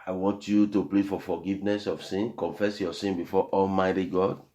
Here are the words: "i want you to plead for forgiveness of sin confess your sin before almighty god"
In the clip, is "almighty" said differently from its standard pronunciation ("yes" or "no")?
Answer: no